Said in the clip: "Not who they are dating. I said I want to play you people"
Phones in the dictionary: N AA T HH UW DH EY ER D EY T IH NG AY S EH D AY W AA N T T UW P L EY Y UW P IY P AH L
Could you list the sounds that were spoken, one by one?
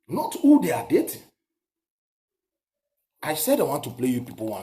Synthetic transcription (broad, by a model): N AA T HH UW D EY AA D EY T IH AY S EH D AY W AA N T T UW P L EY Y UW P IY P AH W